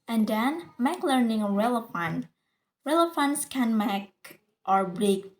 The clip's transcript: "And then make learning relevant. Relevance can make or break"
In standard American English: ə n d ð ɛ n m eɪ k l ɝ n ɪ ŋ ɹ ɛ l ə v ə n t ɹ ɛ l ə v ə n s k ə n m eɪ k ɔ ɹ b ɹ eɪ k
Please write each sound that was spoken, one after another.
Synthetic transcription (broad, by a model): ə n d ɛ n m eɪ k l ɝ n ɪ ŋ ɹ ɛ l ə f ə n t ɹ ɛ l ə f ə n s k ə n m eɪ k ɔ ɹ b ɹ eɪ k